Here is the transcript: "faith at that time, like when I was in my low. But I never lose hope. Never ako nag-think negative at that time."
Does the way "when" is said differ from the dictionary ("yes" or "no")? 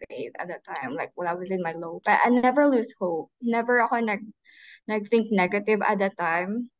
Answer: yes